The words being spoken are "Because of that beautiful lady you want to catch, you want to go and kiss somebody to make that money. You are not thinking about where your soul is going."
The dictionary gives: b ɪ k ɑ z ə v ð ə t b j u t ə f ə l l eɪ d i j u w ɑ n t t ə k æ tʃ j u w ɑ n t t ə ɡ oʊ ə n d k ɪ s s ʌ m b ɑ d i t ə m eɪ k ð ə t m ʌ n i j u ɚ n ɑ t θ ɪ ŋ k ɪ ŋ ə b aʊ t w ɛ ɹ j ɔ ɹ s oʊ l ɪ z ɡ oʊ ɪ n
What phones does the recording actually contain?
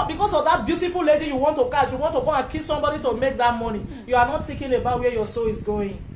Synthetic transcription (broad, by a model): b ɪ k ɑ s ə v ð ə t b j u t ə f ə l l eɪ d i j u w ɑ n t t ə k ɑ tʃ j u w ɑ n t t ə ɡ oʊ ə n k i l s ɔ m b ɑ d i t ə m eɪ k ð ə t m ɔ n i j u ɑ n ɑ t t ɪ k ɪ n ə b aʊ t w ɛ j ɔ s oʊ l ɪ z ɡ oʊ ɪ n